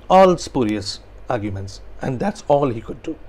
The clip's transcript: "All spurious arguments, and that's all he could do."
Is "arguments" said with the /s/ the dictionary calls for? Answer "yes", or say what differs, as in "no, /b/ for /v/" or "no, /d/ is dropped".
yes